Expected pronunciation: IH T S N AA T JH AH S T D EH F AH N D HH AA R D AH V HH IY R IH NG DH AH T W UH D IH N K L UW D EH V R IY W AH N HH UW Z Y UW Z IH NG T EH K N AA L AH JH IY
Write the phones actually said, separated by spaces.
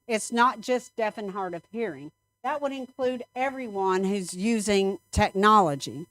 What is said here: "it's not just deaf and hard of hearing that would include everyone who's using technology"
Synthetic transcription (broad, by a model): IH T S N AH T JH AH S D EH F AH N HH AA R D AH V HH IY R IH NG DH AH T W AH D IH N K L UW D EH V R IY W AH N HH UW Z Y UW Z IH NG T EH K N AA L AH JH IY